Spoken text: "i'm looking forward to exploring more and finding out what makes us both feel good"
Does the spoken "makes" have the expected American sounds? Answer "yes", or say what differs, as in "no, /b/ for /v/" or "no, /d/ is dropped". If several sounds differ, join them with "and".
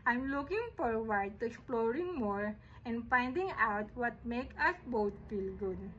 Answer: no, /s/ is dropped